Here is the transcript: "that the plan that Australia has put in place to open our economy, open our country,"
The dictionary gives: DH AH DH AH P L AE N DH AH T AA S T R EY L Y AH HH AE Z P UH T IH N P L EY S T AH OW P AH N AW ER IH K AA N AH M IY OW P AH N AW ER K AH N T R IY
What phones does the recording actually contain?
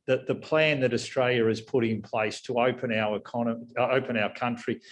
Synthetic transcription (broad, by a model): DH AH DH AH P L AE N DH AH T AA S T R EY L Y AH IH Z P UH T IH N P L EY S T AH OW P AH N AW ER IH K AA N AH IY P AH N AW ER K AH N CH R IY